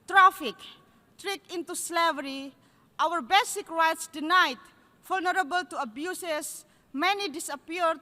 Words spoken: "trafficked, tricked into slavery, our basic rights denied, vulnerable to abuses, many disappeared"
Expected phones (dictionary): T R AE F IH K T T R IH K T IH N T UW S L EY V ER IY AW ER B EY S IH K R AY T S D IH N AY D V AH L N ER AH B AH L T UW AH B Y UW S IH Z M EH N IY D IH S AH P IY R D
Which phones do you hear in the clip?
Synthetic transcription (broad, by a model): T R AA F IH K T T R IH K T IH N T UW S L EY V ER IY AW ER B EY S IH K R AY T S D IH N AY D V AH L N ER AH B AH L T UW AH B Y UW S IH S M EH N IY D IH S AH P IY R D